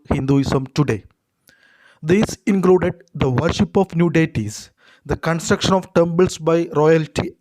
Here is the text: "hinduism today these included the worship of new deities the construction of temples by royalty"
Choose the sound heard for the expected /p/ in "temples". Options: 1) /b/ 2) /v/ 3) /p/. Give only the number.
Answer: 1